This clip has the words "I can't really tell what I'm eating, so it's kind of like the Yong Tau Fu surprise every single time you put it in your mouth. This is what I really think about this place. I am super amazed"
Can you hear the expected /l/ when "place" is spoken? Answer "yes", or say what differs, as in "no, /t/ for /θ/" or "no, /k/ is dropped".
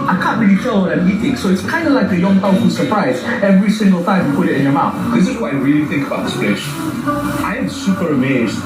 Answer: no, /l/ is dropped